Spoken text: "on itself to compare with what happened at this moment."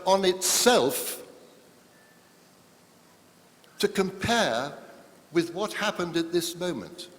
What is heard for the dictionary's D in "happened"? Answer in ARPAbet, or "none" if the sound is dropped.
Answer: D